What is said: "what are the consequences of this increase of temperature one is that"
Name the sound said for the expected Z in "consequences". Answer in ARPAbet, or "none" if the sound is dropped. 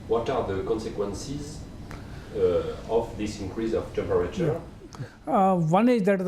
Z